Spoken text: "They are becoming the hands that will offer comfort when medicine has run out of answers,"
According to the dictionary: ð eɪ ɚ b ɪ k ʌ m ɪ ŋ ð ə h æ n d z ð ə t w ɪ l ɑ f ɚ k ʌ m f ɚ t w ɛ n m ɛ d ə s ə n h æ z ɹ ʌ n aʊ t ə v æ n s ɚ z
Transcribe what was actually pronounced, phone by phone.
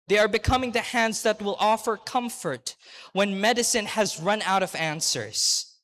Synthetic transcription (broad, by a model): ð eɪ ɚ b ɪ k ʌ m ɪ ŋ ð ə h æ n d z ð ə t w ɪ l ɑ f ɚ k ʌ m f ɚ t w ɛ n m ɛ d ə s ə n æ z ɹ ʌ n aʊ t ə v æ n s ɚ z